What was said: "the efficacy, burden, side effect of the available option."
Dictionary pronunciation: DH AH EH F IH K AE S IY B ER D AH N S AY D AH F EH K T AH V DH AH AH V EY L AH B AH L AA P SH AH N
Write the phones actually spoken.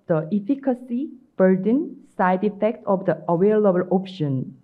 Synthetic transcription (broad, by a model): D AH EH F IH K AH S IY B ER D AH N S AY D AH F EH K T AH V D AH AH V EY L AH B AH L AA P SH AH N